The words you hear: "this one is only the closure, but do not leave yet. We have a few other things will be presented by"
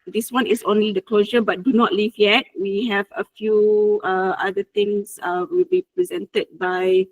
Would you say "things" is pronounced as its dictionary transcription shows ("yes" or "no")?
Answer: no